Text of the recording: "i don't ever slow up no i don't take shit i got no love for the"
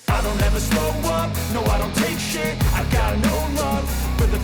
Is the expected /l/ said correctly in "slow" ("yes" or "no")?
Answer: no